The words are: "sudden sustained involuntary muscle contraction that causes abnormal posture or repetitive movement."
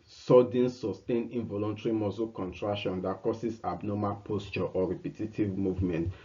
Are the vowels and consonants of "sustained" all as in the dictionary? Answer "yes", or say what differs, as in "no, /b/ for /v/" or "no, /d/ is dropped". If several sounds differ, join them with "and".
no, /d/ is dropped